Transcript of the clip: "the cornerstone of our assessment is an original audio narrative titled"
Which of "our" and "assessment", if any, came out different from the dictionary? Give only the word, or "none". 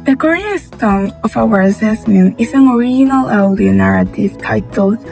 assessment